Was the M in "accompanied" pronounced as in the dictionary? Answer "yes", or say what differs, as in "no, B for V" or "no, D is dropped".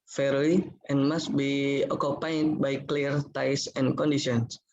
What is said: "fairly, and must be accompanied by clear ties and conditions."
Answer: no, M is dropped